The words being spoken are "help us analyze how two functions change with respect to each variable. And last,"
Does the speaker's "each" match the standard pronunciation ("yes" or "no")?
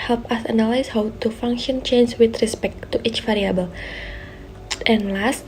yes